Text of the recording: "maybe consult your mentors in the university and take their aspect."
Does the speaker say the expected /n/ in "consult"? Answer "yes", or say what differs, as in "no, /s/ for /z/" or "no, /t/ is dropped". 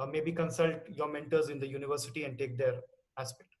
yes